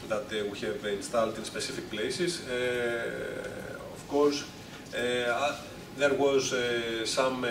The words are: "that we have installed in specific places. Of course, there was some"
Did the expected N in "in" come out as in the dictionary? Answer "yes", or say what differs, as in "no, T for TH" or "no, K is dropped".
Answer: yes